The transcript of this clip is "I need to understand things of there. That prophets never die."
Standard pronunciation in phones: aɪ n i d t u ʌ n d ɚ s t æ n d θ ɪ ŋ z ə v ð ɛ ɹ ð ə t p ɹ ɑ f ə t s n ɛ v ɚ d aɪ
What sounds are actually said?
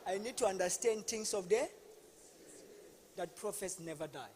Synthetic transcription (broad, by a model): aɪ n i d t u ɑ n d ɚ s t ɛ n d t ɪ ŋ s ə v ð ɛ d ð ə t p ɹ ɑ f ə s n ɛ v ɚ d aɪ